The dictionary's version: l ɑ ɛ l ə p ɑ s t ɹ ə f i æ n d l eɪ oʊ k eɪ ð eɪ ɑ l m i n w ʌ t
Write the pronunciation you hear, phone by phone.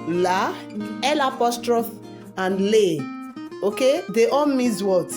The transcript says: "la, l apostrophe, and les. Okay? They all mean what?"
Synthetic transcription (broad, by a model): l ɑ ɛ l ə p ɑ s t ɹ ə f i n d l eɪ oʊ k eɪ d eɪ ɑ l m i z w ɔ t